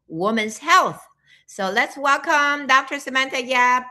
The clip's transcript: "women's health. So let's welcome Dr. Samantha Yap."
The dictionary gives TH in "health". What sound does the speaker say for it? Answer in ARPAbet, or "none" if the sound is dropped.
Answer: TH